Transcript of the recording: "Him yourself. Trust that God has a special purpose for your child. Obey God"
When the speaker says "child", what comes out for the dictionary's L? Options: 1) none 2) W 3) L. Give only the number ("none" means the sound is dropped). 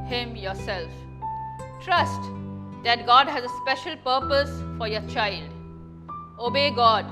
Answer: 3